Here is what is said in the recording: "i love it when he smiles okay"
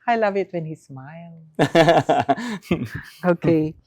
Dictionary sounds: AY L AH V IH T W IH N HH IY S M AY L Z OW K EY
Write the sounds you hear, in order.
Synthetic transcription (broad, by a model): AY L AH V IH T W IH N HH IY S M AY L OW K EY